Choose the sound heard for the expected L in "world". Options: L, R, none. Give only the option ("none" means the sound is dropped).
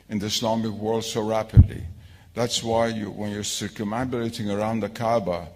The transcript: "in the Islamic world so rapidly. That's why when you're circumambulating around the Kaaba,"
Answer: L